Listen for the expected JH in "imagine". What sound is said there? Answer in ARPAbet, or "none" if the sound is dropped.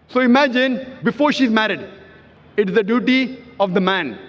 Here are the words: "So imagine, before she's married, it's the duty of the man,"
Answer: JH